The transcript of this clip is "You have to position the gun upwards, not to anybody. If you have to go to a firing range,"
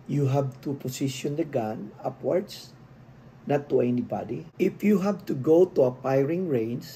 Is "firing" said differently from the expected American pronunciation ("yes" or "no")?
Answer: yes